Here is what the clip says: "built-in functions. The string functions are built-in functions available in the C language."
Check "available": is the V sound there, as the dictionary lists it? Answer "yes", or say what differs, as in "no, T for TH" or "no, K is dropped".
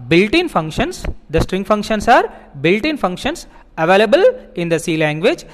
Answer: yes